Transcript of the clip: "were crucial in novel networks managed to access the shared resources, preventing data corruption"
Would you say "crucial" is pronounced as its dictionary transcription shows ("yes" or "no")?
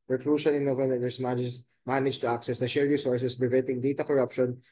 no